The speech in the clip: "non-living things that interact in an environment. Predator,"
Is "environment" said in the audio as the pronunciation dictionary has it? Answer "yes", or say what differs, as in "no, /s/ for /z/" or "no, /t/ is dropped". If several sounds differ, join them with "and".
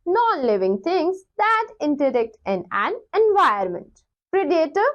no, /ɹ/ is dropped